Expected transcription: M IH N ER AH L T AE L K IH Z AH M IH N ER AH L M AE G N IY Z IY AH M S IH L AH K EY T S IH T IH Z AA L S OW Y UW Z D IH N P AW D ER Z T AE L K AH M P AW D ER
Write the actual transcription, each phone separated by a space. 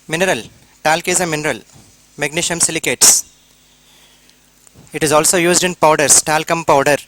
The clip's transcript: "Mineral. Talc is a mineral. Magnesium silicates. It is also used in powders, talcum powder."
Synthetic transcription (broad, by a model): M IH N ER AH L T AE L K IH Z AH M IH N ER AH L M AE G N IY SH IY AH M S IH L AH K EY T S IH T IH Z AA L S OW Y UW Z D IH N P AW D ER S T AE L K AH M P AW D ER